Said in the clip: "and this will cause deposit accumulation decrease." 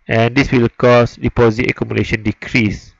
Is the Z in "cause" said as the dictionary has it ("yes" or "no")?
no